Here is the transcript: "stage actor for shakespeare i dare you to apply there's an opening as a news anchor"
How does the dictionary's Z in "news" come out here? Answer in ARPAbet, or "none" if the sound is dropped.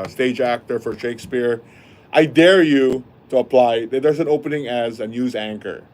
Z